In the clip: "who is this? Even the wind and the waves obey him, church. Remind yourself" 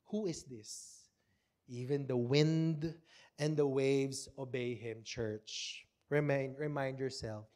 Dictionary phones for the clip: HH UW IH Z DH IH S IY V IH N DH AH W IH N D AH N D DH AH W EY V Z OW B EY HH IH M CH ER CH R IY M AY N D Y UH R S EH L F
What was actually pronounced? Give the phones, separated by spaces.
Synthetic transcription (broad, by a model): HH UW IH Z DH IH S IY V IH N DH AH W IH N D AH N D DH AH W EY V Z OW B EY HH IH M CH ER CH R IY M AY N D Y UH R S EH L F